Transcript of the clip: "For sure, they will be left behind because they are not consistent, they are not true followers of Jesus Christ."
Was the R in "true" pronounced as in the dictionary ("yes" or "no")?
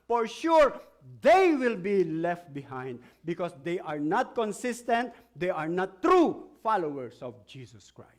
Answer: yes